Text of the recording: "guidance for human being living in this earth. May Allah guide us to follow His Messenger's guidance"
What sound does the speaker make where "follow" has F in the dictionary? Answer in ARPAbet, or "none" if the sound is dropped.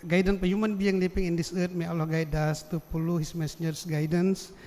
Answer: P